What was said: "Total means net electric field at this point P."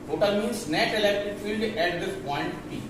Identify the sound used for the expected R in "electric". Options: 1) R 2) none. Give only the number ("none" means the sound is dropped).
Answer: 2